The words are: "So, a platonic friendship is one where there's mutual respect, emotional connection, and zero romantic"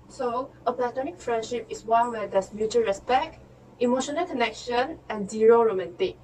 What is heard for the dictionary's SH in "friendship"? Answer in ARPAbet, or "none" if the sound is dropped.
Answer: SH